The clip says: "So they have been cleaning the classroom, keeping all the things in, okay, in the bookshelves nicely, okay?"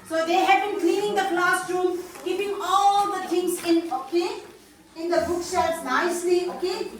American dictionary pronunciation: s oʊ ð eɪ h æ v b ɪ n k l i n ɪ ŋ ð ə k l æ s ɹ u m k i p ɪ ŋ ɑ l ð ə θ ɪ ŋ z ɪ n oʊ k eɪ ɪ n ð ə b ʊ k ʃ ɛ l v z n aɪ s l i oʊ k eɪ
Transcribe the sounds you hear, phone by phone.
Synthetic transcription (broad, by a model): s oʊ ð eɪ h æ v b ɪ n k l i n ɪ ŋ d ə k l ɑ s ɹ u m k i p ɪ ŋ ɑ l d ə t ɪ ŋ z ɪ n oʊ k eɪ ɪ n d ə b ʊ k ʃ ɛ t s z n aɪ s l i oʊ k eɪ